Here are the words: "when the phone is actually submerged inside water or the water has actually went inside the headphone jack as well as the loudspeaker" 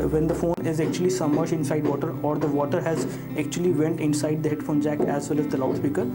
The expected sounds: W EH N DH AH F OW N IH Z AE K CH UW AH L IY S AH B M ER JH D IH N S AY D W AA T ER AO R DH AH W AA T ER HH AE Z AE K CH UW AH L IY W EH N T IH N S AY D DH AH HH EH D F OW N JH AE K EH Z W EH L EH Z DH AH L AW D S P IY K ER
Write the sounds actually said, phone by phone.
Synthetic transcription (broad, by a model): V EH N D AH F OW N IH Z AE K CH UW AH L IY S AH M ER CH IH N S AY D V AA T ER AO R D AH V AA T ER HH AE Z AE K CH UW AH L IY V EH N T IH N S AY D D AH HH EH D F OW N JH AE K EH Z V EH L EH Z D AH L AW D S P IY K ER